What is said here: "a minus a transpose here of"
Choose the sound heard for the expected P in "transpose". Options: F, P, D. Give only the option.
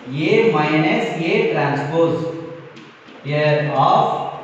P